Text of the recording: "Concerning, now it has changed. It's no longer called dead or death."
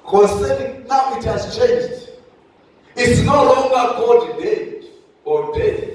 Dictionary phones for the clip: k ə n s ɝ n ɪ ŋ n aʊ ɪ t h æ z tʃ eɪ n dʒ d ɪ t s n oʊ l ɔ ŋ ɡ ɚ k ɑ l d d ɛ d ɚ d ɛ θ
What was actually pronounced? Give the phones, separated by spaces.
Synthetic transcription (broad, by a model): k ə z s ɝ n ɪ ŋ n aʊ ɪ t h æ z tʃ eɪ n dʒ d ɪ t s n oʊ l ɔ ŋ ɡ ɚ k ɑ d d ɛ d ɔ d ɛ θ